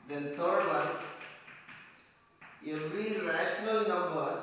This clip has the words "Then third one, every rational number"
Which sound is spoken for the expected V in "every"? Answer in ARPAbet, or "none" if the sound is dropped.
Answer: none